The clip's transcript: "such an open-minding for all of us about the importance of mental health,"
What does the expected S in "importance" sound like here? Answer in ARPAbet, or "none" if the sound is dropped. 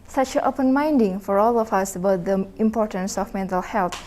S